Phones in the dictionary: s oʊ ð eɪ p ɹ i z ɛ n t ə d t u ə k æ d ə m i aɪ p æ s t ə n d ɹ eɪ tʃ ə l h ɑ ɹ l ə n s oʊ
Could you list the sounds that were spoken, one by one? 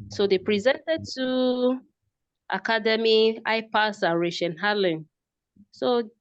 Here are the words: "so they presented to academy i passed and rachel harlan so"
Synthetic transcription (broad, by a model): s oʊ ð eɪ p ɹ i z ɛ n t ə d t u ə k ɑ d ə m i aɪ p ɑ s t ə ɹ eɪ ʃ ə n h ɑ l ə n s oʊ